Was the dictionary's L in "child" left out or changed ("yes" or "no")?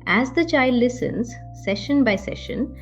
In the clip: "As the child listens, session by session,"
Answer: no